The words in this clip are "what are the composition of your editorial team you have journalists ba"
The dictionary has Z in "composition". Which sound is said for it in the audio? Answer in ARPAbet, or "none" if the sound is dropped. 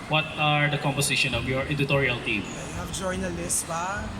S